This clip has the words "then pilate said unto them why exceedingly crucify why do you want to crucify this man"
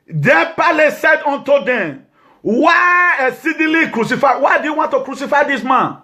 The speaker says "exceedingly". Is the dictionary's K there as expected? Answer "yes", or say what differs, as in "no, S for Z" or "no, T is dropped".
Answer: no, K is dropped